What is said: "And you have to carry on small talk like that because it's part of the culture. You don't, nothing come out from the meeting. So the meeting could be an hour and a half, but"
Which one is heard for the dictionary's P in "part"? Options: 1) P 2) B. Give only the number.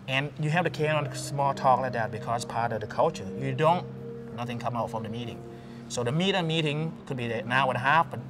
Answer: 1